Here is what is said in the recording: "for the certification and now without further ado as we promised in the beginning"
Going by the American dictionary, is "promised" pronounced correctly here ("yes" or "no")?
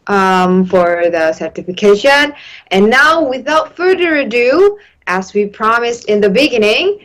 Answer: yes